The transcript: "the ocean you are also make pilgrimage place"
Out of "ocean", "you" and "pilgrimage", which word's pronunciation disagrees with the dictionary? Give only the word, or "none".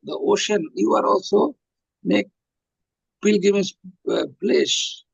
pilgrimage